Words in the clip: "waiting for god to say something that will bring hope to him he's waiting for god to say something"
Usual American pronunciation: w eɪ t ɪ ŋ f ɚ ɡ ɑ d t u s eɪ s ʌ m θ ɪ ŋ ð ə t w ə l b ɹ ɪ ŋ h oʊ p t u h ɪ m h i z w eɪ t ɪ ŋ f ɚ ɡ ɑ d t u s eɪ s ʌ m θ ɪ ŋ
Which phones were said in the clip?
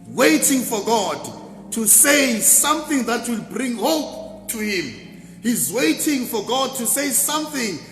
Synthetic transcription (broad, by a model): w eɪ t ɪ ŋ f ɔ ɡ ɑ d t u s eɪ s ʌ m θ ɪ ŋ ð ə t w ə l b ɹ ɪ ŋ h oʊ p t u h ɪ m h i z w eɪ t ɪ ŋ f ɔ ɡ ɑ d t u s eɪ s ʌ m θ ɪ ŋ